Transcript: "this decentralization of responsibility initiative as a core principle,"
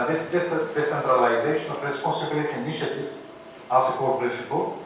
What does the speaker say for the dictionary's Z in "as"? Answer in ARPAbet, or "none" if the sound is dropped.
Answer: S